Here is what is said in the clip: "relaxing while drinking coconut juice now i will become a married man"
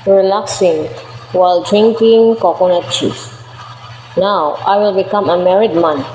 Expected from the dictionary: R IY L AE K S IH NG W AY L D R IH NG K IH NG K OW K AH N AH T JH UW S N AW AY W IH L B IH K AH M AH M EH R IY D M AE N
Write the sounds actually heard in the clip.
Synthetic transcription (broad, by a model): R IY L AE K S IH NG W AY L D R IH NG K IH NG K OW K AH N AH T CH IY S N AW AY W IH L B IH K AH M AH M EH R IY D M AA N